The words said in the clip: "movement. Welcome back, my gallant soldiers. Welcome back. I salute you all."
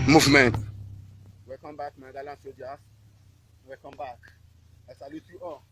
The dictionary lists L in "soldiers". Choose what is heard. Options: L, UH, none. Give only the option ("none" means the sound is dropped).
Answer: none